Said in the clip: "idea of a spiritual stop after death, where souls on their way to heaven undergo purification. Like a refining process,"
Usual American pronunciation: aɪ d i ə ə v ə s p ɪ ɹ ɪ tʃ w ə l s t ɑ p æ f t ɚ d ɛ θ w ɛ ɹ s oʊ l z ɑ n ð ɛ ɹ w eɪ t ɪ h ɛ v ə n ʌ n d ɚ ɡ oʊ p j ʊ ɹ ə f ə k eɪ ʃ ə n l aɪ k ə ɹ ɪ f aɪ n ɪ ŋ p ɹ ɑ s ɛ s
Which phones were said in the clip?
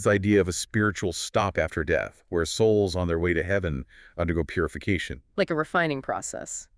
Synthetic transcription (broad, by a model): aɪ d i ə ə v ə s p ɪ ɹ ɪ tʃ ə l s t ɑ p æ f t ɚ d ɛ θ w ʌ ɹ s oʊ l z n ð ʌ ɹ w eɪ t ɪ h ɛ v ə n ʌ n d ɚ ɡ oʊ p j ʊ ɹ ə f ə k eɪ ʃ ə n l aɪ k ə ɹ ɪ f aɪ n ɪ ŋ p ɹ ɑ s ɛ s